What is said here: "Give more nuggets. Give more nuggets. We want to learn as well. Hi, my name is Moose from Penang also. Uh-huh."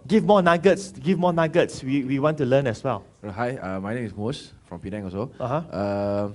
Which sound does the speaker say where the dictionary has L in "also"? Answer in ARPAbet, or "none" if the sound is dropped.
none